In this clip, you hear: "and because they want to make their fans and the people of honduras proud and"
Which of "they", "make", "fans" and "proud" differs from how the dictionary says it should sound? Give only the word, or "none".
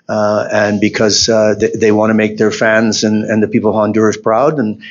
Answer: none